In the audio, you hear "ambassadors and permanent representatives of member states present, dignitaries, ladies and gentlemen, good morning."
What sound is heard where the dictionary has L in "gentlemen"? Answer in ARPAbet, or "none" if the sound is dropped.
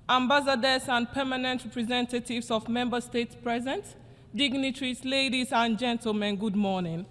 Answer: L